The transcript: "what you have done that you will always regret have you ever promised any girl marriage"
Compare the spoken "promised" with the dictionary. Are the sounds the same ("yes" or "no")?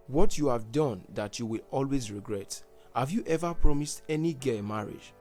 yes